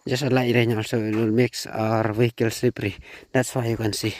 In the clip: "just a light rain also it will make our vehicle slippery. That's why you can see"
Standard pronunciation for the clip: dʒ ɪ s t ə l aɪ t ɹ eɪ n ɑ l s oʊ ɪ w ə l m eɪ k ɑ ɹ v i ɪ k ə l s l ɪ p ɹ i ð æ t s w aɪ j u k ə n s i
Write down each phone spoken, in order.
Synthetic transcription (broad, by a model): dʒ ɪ s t ə l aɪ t ɹ eɪ n ɑ l s oʊ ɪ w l m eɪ k ɑ ɹ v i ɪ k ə l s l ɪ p ɹ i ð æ t s w aɪ j u k ə n s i